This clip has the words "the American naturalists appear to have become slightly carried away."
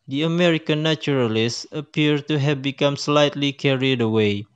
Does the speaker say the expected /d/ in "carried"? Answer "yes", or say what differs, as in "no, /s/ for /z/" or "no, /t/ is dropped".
yes